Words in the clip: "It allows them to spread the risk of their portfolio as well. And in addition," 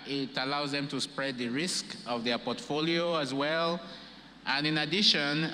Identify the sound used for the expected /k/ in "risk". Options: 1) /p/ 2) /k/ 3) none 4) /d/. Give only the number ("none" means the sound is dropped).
2